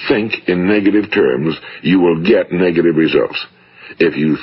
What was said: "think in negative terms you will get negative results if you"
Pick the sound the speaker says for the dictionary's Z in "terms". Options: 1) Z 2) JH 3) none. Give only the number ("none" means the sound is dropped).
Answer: 1